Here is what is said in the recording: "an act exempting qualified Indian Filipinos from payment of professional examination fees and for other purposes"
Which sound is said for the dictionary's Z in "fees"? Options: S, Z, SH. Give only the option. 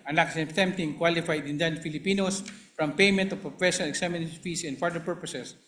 S